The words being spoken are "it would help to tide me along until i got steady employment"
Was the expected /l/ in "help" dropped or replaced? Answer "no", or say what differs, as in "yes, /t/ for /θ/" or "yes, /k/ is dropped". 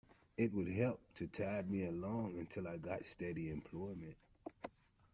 no